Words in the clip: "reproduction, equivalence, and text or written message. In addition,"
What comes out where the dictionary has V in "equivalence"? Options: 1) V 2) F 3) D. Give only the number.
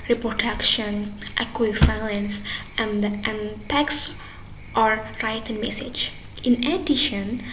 2